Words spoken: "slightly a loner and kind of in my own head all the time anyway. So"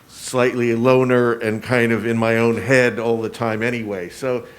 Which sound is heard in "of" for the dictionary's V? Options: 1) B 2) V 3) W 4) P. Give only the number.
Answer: 2